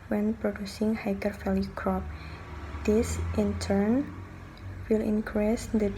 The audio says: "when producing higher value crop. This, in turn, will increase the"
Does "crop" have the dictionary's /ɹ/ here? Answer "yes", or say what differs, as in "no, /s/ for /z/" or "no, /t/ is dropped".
yes